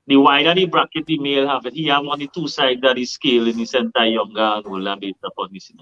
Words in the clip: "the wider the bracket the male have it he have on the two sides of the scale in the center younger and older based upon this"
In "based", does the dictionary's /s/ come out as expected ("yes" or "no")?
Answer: no